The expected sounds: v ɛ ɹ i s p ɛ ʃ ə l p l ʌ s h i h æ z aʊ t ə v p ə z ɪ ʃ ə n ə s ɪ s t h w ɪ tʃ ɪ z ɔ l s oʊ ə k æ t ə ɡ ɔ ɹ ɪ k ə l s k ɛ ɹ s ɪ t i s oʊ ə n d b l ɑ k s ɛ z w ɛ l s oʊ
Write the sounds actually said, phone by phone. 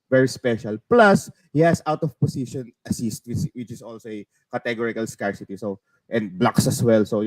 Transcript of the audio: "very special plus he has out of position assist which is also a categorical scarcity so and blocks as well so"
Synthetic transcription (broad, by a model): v ɛ ɹ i s p ɛ ʃ ə l p l ʌ s h i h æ s aʊ t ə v p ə s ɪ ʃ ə n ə s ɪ s t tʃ w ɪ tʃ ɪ s ɔ l s oʊ ə k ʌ t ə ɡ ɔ ɹ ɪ k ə l s k ɛ ɹ s ɪ t i s oʊ ə n d b l ɑ k s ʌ s w ɛ l s oʊ